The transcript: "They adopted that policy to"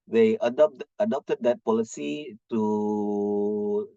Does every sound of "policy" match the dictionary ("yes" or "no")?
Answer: yes